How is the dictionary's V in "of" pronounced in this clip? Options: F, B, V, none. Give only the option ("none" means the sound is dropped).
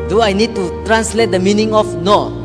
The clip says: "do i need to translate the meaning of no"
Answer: F